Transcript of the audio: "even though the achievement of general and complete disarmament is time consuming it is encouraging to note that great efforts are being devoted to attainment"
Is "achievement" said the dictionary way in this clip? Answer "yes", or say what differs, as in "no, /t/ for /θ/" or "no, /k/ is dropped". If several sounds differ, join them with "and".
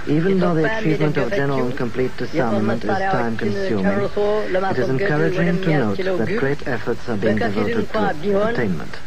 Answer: yes